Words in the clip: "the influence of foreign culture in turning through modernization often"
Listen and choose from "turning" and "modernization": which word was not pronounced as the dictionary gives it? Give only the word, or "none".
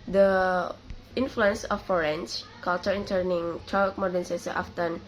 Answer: modernization